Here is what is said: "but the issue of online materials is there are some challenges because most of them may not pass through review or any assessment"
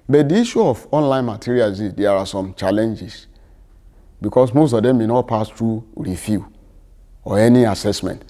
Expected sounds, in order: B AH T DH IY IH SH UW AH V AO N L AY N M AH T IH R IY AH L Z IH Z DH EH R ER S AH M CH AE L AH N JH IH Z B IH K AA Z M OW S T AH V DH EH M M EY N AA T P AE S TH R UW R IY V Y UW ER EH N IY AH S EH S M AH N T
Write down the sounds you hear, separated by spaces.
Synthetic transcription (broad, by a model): B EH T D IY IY SH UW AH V AO N L AY N M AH T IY R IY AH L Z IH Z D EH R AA S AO M CH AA L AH N JH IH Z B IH K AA S M OW S T AH V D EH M M EY N AA T P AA S T R UW R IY F Y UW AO EH N IY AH S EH S M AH N T